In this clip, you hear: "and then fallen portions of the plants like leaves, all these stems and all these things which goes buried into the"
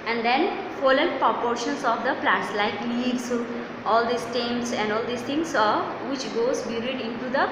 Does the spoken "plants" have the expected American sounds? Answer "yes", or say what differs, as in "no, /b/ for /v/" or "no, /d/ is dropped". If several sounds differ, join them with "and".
no, /n/ is dropped